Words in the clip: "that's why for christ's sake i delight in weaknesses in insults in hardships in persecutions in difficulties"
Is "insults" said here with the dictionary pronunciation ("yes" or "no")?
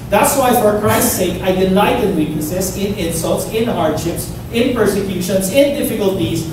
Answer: yes